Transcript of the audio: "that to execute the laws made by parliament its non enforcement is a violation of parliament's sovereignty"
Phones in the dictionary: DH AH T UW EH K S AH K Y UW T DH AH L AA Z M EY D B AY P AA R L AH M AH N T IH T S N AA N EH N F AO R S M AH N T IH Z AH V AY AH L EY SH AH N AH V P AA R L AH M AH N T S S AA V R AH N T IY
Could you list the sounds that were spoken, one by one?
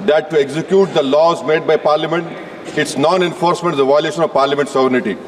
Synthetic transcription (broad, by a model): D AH T UW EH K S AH K Y UW T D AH L AA Z M EY D B AY P AA R L AH M AH N T IH T S N AA N EH N F AO R S M AH N T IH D AH V AY AH L EY SH AH N AH V P AA R L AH M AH N T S S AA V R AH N T IY